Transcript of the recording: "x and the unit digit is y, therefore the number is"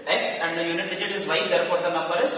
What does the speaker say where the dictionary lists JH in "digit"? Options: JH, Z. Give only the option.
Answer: JH